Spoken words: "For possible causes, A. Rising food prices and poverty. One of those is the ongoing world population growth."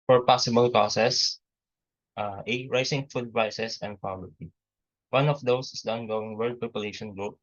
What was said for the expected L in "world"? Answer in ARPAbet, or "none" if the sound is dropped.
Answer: none